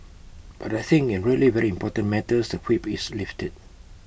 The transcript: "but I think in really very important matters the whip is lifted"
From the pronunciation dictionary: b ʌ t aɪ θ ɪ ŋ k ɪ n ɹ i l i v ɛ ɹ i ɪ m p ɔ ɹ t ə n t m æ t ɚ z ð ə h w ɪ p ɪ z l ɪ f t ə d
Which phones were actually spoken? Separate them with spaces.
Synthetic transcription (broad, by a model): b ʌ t aɪ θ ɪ ŋ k ɪ n ɹ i l i v ɛ ɹ i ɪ m p ɔ t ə n m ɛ t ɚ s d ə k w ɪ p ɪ s l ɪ f t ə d